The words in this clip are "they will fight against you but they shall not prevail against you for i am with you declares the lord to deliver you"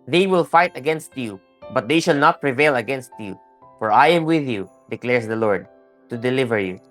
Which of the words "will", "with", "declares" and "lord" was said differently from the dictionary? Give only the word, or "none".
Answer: declares